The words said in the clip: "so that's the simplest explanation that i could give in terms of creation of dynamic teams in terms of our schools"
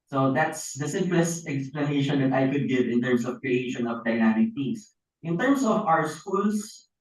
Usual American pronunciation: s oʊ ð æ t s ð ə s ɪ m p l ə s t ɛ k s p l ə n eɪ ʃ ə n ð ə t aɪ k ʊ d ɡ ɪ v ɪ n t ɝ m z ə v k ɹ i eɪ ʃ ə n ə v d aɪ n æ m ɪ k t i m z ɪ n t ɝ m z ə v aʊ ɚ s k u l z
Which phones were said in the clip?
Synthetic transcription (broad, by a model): s oʊ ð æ t s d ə s ɪ m p l ə s t ɛ k s p l ə n eɪ ʃ ə n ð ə t aɪ k ʊ d ɡ ɪ v ɪ n t ɝ m s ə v k ɹ i eɪ ʃ ə n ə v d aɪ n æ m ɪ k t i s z ɪ n t ɝ m s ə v aʊ ɚ s k u l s